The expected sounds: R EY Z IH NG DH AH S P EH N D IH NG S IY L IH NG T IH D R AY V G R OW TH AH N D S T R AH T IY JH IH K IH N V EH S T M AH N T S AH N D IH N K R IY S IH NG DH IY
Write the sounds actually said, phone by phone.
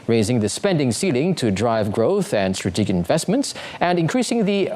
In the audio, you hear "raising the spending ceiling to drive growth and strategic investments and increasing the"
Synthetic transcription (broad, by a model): R EY Z IH NG DH AH S P EH N D IH NG S IY L IH NG T IH D R AY V G R OW TH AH N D S T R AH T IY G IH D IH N V EH S T M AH N T S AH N IH N K R IY S IH NG DH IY